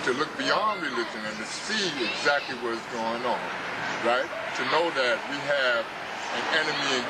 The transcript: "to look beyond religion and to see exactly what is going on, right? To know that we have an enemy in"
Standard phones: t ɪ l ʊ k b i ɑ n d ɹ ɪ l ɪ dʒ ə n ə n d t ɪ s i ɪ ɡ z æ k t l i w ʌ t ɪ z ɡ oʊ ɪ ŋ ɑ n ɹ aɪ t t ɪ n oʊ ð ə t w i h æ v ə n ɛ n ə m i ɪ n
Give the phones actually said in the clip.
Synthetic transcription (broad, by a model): t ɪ l ʊ k b i ɑ n d ɹ ɪ l ɪ dʒ ə n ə n t ɪ s i ɪ ɡ z æ k t l i w ʌ t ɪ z ɡ oʊ ɪ ŋ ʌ n ɹ aɪ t t ɪ n oʊ ð ə t w i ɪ v ə n ɛ n ə m i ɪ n